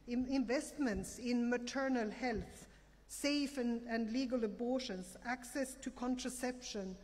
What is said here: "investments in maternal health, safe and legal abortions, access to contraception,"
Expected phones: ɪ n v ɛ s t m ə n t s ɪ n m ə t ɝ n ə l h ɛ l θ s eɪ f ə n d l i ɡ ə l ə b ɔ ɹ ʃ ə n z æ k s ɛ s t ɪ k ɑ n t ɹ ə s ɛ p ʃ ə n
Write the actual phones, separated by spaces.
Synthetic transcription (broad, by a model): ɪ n v ɛ s t m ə n t s ɪ n m ə t ɝ n ə l h ɛ l θ s eɪ f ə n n l i ɡ ə l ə b ɔ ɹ ʃ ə n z æ k s ɛ s t ɪ k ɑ n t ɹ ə s ɛ p ʃ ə n